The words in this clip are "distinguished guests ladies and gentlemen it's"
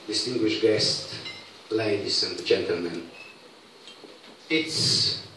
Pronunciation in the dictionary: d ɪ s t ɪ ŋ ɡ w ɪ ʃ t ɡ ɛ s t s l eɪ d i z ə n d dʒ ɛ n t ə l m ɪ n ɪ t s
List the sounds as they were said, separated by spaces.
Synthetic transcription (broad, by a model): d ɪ s t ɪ ŋ ɡ w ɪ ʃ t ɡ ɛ s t l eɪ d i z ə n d dʒ ɛ n t ə l m ɪ n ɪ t s